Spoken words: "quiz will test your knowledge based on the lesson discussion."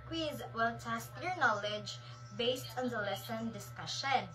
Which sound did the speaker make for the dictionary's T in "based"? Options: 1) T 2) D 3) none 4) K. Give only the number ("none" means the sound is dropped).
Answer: 1